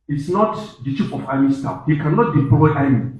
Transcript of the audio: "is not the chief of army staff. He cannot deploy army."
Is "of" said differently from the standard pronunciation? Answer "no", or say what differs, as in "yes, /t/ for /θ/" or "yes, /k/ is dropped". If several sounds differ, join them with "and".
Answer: yes, /f/ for /v/